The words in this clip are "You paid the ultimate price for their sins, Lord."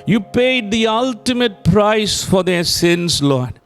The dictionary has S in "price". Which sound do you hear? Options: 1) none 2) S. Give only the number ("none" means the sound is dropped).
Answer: 2